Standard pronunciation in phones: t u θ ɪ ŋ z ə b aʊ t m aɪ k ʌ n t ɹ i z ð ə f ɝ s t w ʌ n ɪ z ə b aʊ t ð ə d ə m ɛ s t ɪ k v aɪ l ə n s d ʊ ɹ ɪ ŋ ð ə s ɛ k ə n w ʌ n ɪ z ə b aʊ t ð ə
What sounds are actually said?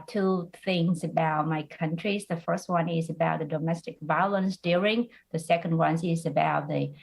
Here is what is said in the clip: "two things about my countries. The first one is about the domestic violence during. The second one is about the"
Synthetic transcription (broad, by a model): t u θ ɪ ŋ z ə b aʊ t m aɪ k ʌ n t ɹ i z ð ə f ɝ s t w ʌ n ɪ z ə b aʊ t ð ə d ə m ɛ s t ɪ k v aɪ l ə n s d ʊ ɹ ɪ ŋ ð ə s ɛ k ə n w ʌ n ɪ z ə b aʊ t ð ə